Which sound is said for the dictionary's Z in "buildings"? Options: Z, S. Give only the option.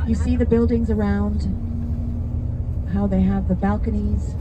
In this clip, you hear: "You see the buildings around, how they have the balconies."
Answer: Z